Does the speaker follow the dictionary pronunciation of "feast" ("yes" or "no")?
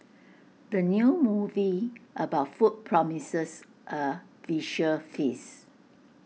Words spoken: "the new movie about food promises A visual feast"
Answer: no